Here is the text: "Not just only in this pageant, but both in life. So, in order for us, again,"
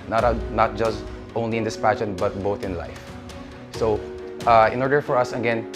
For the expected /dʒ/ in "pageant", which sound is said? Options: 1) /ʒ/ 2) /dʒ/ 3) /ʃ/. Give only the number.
3